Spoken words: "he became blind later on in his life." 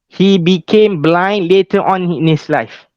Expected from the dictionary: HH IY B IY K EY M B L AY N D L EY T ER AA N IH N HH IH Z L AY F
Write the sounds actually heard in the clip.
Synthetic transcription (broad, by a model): HH IY B IY K EY M B L AY N D L EY T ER AA N IH N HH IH S L AY F